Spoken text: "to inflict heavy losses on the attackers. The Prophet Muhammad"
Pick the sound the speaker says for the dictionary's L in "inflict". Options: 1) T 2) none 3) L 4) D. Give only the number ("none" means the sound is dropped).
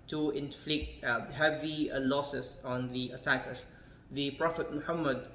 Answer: 3